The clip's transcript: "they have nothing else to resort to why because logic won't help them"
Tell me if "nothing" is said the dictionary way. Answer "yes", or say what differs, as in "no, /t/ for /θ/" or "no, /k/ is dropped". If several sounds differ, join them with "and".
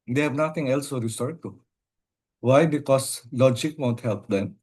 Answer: no, /t/ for /θ/